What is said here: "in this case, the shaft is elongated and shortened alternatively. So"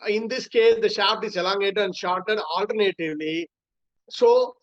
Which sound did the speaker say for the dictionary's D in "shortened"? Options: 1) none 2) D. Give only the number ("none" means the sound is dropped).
1